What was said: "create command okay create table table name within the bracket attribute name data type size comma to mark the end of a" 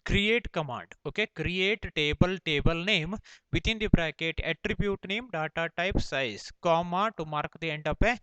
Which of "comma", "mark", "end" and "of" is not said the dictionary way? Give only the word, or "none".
of